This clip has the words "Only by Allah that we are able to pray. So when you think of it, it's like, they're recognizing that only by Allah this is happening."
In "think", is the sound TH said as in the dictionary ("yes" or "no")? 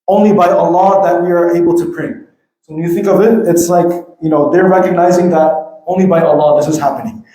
yes